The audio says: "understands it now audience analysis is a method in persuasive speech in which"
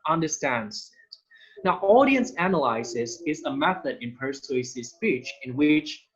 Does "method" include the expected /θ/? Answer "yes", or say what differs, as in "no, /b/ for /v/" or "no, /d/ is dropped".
yes